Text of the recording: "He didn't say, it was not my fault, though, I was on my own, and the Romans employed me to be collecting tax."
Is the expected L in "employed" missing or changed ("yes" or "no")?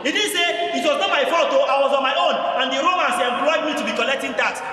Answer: yes